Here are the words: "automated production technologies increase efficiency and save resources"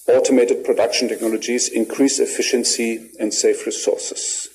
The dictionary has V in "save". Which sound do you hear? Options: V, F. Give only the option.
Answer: F